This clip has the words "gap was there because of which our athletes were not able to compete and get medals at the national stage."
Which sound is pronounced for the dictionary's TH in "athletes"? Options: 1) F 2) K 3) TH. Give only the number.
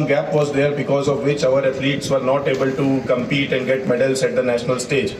1